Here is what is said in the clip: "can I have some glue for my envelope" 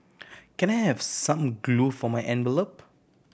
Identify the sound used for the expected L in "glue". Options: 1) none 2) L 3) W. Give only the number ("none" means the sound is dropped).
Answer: 2